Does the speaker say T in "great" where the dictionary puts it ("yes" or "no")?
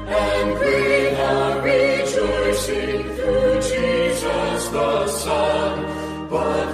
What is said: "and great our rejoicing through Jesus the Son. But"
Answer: no